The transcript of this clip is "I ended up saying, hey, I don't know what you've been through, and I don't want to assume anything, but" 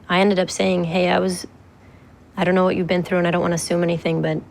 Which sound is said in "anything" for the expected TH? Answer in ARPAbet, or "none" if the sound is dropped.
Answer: TH